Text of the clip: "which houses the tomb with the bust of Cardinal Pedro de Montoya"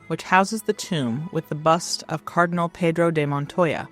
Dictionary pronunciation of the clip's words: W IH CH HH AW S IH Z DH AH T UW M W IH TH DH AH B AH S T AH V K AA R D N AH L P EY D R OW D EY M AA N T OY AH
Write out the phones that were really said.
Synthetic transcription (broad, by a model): W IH CH HH AW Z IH Z DH AH T UW M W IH DH AH B AH S T AH V K AA R D N L P EY D R OW D EY M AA N T OY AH